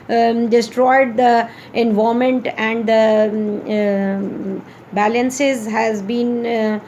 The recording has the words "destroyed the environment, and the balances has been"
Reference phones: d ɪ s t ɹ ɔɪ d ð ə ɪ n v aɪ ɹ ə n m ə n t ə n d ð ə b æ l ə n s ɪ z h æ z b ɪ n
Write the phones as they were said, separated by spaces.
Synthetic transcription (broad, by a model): d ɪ s t ɹ ɔɪ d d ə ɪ n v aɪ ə m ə n t ə n d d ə b æ l ə n s ɪ z h æ z b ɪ n